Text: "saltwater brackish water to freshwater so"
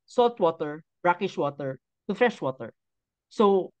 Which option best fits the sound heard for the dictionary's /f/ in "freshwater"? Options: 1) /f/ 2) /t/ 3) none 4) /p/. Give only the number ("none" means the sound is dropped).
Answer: 1